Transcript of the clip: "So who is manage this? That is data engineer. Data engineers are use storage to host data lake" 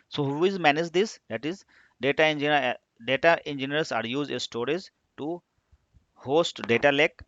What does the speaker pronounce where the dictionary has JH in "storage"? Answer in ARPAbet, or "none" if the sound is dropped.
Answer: Z